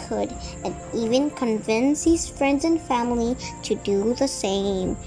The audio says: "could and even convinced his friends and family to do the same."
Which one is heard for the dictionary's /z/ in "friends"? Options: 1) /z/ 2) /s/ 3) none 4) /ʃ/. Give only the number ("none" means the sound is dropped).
1